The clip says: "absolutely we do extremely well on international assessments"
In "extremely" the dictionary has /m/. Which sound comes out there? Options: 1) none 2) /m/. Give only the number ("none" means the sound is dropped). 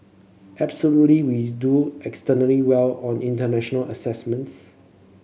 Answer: 1